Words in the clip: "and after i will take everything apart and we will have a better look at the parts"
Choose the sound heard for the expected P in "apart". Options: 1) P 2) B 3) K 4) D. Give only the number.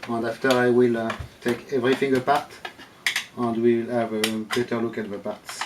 1